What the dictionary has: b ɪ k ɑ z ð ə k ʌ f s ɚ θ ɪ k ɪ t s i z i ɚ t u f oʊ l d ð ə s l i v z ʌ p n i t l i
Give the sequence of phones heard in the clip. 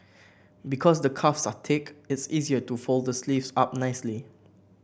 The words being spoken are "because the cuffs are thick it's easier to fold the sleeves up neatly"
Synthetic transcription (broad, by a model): b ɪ k ɑ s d ə k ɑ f s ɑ t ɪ k ɪ t s i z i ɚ t u f oʊ l d ə s l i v s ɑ p n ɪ s l i